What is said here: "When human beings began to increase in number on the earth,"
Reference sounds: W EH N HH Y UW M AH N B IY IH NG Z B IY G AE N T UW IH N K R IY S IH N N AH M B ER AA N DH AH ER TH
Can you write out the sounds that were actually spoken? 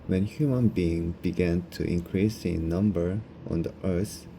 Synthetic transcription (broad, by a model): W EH N HH Y UW M AH N B IY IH NG B IY G AE N T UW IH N K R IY S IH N N AH M B ER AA N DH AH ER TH